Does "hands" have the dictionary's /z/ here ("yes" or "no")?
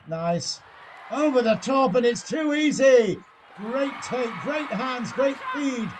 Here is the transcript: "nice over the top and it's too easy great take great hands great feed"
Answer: yes